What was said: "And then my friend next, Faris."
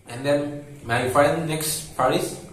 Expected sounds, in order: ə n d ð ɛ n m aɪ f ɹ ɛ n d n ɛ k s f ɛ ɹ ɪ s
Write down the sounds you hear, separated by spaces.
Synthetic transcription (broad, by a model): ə n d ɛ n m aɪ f ɑ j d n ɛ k s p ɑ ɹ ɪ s